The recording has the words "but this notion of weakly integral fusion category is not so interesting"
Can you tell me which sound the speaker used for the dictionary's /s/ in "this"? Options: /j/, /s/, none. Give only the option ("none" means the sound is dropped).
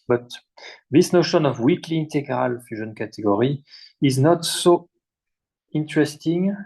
/s/